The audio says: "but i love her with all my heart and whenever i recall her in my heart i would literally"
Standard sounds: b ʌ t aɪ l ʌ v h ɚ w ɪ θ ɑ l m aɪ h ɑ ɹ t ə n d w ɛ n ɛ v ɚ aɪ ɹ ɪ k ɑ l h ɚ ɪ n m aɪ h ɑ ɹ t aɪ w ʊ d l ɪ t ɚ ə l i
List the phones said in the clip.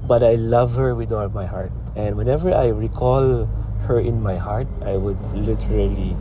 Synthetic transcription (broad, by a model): b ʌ t aɪ l ʌ v h ɚ w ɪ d ɑ l m aɪ h ɑ ɹ t ə n d w ɛ n ɛ v ɚ aɪ ɹ ɪ k ɑ l h ɚ ɪ n m aɪ h ɑ ɹ t aɪ w ʊ d l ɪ t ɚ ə l i